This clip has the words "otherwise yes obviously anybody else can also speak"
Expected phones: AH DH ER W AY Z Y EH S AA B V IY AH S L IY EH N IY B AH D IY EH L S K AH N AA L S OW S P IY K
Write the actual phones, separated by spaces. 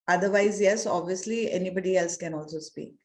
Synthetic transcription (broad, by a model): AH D ER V AY Z Y EH S AA B V IY AH S L IY EH N IY B AH D IY EH L S K AH N AA L S OW S P IY K